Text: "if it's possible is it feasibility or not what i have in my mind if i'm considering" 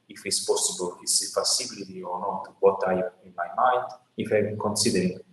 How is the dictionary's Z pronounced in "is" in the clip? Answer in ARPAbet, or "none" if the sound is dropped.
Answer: S